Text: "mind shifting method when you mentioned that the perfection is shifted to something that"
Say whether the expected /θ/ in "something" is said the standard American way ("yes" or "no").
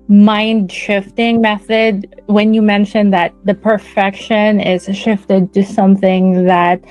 yes